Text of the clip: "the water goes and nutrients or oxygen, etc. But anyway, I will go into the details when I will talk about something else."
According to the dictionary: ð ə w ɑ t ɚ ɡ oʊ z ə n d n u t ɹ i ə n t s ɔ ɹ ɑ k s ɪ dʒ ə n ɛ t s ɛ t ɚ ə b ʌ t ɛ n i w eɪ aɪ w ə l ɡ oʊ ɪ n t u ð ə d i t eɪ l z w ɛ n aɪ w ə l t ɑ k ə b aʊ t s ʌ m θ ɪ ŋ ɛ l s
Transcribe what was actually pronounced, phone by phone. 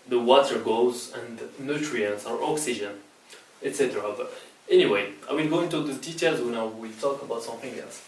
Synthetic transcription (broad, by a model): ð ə w ɑ t ɚ ɡ oʊ z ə n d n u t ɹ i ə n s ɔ ɹ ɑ k s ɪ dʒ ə n ɛ t s ɛ t ɚ ə b ʌ t ɛ n i w eɪ aɪ w ə l ɡ oʊ ɪ n t u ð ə d i t eɪ l z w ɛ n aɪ w ə l t ɑ k ə b aʊ t s ʌ m θ ɪ ŋ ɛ l s